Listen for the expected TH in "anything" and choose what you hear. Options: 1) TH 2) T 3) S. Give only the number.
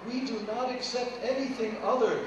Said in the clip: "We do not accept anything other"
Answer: 1